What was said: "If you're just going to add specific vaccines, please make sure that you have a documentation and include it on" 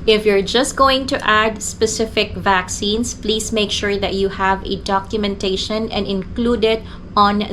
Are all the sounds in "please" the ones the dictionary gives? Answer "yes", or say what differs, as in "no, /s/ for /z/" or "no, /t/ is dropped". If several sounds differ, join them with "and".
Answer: no, /s/ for /z/